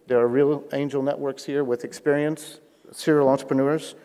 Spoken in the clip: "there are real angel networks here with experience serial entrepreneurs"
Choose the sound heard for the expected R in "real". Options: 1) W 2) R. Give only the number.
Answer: 2